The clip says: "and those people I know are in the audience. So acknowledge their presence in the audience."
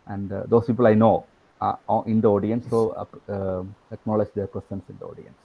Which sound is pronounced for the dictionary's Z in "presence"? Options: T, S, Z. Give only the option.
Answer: S